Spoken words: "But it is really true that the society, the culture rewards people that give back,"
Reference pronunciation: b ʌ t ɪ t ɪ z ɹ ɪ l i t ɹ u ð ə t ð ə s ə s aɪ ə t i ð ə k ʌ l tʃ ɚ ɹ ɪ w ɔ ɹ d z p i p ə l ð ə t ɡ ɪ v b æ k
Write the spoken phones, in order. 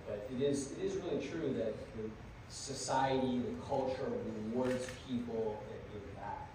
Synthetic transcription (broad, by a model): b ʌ t ɪ t ɪ z ɹ ɪ l i t ɹ u ð ə t ð ə s ə s aɪ ə t i ð ə k ʌ l tʃ ɚ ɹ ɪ w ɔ ɹ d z p i p l ð ə t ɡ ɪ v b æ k